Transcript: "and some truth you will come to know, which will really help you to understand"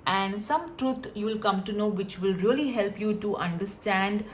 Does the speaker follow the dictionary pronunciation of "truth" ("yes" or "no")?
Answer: no